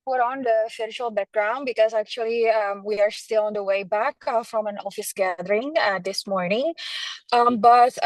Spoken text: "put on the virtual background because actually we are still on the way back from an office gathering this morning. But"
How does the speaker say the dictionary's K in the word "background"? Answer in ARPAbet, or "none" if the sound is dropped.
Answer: K